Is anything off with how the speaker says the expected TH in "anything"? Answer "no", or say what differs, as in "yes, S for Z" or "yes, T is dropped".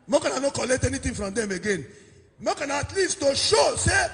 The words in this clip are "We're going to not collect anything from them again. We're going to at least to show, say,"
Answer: yes, T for TH